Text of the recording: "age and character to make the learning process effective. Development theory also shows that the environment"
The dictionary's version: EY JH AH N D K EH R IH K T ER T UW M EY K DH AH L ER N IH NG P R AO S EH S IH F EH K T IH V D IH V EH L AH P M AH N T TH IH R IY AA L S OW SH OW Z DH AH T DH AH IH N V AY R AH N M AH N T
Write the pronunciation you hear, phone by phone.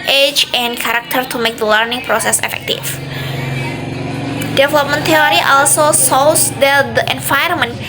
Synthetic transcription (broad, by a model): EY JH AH N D K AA R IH K T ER T UW M EY K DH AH L ER N IH NG P R AO S EH S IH F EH K T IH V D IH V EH L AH P M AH N T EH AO R IY AA L S OW S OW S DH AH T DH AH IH N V AY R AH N M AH N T